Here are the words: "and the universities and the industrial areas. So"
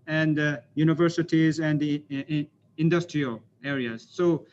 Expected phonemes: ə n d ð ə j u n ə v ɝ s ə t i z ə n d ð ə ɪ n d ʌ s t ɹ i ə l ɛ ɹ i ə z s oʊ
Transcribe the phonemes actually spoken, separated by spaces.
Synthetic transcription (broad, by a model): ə n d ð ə j u n ə v ɝ s ə t i z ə n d ɪ n d ʌ s t ɹ i ə l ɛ ɹ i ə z s oʊ